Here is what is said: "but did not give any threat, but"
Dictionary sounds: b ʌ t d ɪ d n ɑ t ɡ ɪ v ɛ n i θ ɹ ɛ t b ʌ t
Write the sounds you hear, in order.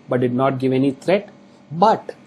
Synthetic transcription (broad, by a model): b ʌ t d ɪ d n ɑ t ɡ ɪ v ɛ n i t ɹ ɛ t b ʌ t